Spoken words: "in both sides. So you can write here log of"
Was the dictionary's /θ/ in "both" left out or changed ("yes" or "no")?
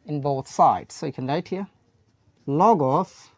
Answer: no